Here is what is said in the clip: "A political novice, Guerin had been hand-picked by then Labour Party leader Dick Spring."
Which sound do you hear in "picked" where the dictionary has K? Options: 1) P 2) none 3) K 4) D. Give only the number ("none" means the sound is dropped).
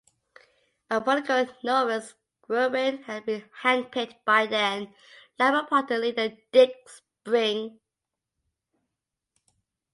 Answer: 2